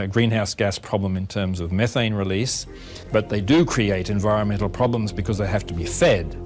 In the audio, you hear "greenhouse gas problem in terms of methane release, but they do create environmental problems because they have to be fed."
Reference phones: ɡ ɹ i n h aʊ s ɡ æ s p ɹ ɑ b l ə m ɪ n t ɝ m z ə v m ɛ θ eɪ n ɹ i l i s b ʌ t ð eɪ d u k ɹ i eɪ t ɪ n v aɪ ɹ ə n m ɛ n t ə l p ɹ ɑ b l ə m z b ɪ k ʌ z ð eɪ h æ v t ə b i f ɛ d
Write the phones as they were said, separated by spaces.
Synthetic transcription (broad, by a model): ɡ ɹ i n h aʊ s ɡ æ s p ɹ ɑ b l ə m ɪ n t ɝ m z ə v m ɛ θ eɪ n ɹ i l i s b ʌ t ð eɪ d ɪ k ɹ i eɪ t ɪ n v aɪ ɹ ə n m ɛ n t l p ɹ ɑ b l ə m z b ɪ k ʌ z ð eɪ h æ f t ə b i f ɛ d